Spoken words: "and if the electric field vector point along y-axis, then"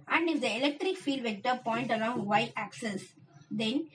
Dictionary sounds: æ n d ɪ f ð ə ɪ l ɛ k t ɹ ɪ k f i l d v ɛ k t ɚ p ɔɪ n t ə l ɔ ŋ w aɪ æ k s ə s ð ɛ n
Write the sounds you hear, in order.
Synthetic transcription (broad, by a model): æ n d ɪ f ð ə ɪ l ɛ k t ɹ ɪ k f i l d v ɛ k t ɚ p ɔɪ n t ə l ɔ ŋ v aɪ æ k s ə s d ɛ n